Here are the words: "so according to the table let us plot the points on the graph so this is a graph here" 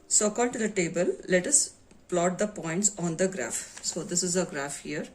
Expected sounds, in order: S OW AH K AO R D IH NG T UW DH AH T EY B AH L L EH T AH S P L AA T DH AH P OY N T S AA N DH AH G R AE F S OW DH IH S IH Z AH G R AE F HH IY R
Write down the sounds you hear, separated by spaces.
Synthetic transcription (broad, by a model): S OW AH K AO L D T UW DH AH T EY B AH L L EH T AH S P L AA T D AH P OY N T S AA N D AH G R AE F S OW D IH S IH Z AH G R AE F HH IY R